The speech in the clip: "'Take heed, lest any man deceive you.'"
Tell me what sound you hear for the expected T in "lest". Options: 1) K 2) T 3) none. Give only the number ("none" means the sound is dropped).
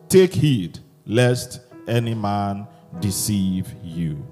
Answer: 2